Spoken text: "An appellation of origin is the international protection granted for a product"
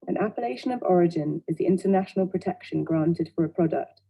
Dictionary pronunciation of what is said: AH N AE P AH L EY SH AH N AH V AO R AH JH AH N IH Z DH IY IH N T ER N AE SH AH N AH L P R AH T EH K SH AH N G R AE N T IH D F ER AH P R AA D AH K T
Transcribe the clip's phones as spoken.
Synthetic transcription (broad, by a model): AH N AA P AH L EY SH AH N AH V AO R AH JH AH N IH Z DH IY IH N T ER N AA SH AH N AH L P R AH T EH K SH AH N G R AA N T IH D F ER AH P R AA D AH K T